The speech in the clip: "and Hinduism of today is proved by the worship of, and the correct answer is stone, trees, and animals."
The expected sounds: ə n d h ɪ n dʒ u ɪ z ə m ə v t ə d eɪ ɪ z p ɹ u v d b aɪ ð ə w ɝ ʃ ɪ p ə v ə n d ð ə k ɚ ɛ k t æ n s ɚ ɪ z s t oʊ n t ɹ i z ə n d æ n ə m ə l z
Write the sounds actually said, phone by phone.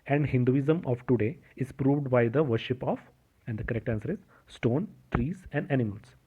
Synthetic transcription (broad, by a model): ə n d h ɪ n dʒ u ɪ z ə m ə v t ə d eɪ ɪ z p ɹ u v d b aɪ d ə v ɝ ʃ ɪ p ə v ə n d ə k ɚ ɛ k t æ n s ɚ ɪ z s t oʊ n t ɹ i z ə n d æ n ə m ə l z